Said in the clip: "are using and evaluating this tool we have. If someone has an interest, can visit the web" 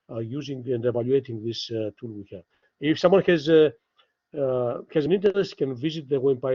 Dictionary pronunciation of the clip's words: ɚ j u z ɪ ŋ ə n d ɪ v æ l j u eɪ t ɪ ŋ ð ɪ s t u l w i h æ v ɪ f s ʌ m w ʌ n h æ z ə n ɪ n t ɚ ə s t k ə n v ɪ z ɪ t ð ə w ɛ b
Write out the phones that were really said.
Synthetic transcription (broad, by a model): j u z ɪ ŋ ə n d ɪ v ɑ l j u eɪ t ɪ ŋ ð ɪ s t u l w i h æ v ɪ f s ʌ m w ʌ n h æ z ə n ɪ n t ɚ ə s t k ə n v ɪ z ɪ t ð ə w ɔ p